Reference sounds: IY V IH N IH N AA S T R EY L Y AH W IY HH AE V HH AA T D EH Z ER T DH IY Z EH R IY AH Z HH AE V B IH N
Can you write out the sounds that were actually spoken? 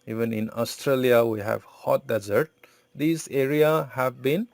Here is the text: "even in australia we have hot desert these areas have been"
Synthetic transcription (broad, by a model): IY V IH N IH N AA S T R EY L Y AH W IY HH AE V HH AA T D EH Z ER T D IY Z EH R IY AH HH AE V B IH N